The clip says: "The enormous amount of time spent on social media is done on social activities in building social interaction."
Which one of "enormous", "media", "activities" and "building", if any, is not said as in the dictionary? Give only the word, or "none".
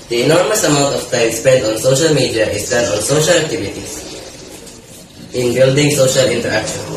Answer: activities